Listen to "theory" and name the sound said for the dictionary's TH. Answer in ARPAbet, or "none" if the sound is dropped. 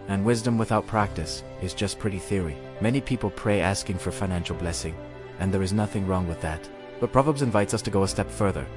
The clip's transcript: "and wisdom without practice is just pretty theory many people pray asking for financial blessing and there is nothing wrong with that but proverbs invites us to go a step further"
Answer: TH